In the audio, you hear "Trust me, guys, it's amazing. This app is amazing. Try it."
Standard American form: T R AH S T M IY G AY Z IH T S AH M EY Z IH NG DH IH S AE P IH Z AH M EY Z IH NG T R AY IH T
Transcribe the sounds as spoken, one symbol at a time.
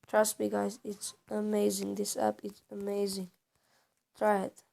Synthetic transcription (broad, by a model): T R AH S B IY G AY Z IH T S AH M EY Z IH NG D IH S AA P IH S AH M EY Z IH NG T R AY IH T